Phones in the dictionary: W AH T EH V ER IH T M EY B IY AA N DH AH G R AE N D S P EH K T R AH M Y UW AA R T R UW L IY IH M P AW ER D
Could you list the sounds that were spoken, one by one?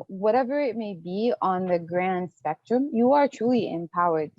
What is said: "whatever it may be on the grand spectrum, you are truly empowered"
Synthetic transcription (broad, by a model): W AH T EH V ER IH T M EY B IY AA N DH AH G R AE N D S P EH K T R AH M Y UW AA R T R UW L IY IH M P AW ER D